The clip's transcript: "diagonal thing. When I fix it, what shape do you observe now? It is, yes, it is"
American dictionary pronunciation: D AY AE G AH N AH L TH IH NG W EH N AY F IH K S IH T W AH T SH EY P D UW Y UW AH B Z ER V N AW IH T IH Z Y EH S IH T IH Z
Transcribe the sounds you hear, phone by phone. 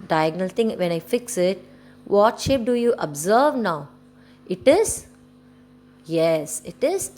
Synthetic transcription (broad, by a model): D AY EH G N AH L T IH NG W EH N AY F IH K S IH T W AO T SH EY P D UW Y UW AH B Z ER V N AW IH T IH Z Y EH S IH T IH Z